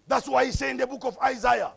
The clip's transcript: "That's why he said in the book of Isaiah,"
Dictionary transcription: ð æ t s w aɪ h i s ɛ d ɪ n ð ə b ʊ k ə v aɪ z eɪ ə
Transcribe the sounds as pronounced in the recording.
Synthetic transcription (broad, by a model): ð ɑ t s w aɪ h i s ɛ ɪ n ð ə b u k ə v aɪ z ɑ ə